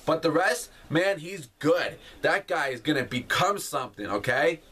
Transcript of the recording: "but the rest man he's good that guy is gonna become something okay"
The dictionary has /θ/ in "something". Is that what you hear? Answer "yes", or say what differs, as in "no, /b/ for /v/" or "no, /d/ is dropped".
yes